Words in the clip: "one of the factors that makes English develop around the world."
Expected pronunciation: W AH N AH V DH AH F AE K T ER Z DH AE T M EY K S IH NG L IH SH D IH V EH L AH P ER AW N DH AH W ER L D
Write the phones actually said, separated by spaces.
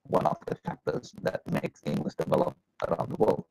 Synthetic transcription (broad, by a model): W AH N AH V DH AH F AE K T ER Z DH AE T M EY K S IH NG IH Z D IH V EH L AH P ER AW N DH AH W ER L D